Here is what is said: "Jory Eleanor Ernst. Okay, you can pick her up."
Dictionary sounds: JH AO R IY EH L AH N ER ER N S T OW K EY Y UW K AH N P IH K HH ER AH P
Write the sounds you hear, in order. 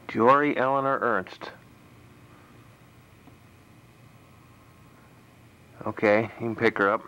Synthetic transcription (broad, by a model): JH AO R IY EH L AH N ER ER N S T OW K EY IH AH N P IH K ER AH P